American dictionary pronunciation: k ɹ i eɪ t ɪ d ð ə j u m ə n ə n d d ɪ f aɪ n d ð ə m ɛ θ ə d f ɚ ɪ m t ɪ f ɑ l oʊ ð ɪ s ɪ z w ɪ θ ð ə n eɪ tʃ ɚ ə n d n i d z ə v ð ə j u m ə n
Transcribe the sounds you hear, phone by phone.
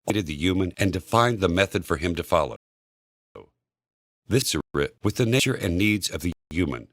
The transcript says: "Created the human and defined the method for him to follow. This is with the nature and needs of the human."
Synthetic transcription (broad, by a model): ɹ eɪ t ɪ d ð ə j u m ə n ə n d d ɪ f aɪ n ð ə m ɛ θ ə d f ɚ ɪ m t ɪ f ɑ l oʊ ð ɪ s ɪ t w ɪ ð ə n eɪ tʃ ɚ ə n n i d z ə v ð ə j u m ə n